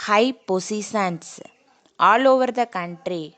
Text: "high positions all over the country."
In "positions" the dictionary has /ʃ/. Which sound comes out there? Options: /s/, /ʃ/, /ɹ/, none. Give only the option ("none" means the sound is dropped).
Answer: /s/